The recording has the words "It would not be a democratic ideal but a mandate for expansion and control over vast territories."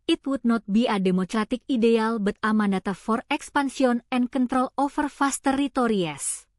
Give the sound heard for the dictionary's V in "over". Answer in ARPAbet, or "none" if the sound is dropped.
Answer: F